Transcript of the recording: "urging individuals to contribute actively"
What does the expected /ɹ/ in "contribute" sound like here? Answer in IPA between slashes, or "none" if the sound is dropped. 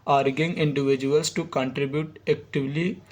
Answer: /ɹ/